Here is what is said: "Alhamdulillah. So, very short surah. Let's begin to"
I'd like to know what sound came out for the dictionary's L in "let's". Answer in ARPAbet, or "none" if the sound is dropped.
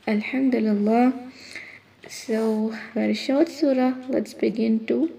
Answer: L